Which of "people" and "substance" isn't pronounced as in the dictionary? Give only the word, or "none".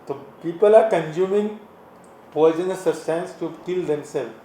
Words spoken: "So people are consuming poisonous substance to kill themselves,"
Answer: substance